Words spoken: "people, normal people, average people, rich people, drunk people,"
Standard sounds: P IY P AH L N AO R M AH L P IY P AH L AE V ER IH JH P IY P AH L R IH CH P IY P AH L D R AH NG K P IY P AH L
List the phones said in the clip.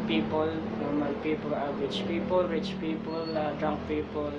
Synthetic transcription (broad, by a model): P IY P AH L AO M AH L P IY P AH L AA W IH CH P IY P AH L R IH CH P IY P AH L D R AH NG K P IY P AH L